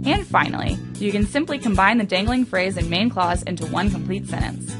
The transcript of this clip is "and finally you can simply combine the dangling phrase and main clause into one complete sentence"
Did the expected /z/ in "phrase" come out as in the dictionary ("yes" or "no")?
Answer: yes